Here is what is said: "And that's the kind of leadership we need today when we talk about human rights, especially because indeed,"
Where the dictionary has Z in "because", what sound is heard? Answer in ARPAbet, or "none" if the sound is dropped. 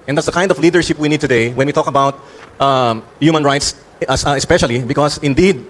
S